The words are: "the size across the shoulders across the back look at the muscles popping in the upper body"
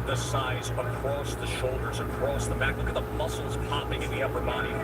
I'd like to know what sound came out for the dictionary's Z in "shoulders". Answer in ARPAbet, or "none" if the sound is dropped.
Z